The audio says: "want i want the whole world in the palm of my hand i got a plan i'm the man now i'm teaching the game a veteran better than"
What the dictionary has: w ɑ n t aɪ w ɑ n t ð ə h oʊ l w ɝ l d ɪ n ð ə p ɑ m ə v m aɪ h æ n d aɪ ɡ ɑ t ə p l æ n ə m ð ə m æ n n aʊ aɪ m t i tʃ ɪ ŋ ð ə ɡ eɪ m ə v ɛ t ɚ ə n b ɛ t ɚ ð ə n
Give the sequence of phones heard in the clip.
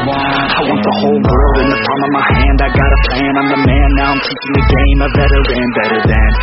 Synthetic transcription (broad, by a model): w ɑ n aɪ w ɑ n t ð ə h oʊ l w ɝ l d ɪ n ð ə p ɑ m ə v m aɪ h æ n d aɪ ɡ ɑ t ə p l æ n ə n ð ə m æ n n aʊ aɪ m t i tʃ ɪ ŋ ð ə ɡ eɪ m ə b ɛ t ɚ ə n b ɛ t ɚ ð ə n